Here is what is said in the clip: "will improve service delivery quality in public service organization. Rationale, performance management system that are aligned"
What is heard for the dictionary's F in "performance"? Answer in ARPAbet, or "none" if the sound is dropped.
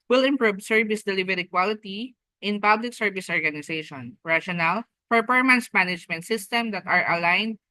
P